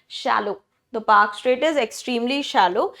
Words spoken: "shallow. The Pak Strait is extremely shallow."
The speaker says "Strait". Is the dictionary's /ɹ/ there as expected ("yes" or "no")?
yes